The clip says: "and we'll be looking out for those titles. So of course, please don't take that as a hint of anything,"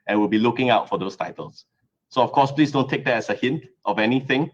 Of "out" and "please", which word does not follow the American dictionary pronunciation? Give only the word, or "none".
please